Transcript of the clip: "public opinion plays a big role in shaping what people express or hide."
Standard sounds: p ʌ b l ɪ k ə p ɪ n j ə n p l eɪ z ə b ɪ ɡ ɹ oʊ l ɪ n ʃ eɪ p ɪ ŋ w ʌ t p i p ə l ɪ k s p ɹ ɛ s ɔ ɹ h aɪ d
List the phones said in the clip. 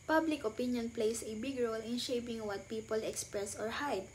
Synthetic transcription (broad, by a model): p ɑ b l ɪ k ə p ɪ n j ə n p l eɪ s ə b ɪ ɡ ɹ oʊ l ɪ n ʃ eɪ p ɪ ŋ w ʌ t p i p ə l ɪ k s p ɹ ɛ s ɔ ɹ h aɪ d